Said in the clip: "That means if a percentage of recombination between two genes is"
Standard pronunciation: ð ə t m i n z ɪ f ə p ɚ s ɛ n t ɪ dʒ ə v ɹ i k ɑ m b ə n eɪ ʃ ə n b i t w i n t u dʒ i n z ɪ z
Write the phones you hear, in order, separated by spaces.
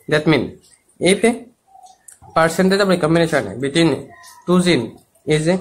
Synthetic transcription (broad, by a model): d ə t m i n ɪ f ə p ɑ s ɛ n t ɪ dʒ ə b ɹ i k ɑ m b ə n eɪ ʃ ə n b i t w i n t u z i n ɪ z